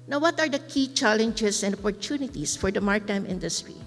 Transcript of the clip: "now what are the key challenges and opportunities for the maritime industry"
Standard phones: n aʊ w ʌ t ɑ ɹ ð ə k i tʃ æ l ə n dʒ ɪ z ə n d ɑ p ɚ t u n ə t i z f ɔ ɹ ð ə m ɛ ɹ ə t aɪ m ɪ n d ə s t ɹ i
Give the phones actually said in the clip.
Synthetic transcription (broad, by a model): n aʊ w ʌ t ɑ ɹ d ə k i tʃ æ l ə n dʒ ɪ s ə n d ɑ p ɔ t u n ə t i s f ɔ ɹ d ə m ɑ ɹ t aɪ m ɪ n d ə s t ɹ i